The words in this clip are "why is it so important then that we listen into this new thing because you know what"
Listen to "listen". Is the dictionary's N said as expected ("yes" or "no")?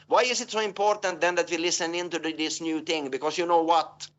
yes